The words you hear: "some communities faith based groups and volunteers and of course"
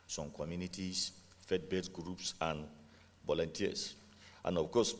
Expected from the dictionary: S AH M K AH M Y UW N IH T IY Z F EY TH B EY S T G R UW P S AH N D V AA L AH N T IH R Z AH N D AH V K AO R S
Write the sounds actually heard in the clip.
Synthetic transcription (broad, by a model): S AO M K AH M Y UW N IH T IY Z F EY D B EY T G R UW P S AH N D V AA L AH N T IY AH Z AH N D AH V K AO S